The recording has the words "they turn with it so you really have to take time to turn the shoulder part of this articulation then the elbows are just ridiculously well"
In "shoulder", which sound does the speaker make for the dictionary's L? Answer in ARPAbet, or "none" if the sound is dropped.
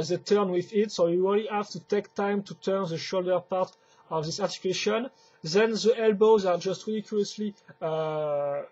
L